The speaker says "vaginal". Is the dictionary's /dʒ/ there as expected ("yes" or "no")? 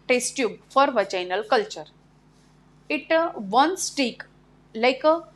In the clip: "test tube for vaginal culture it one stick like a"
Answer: no